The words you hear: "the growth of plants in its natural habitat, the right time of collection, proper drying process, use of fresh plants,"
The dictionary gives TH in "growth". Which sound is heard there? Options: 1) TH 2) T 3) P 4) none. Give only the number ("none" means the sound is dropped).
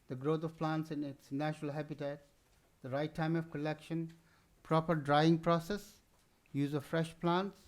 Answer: 2